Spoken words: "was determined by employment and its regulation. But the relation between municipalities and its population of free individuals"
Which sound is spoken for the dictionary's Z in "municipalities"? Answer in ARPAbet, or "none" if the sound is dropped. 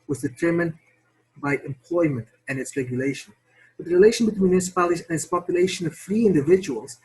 none